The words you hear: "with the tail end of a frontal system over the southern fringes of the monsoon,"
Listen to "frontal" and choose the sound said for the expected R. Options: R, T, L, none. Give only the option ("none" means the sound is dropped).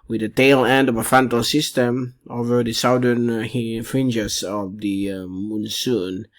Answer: none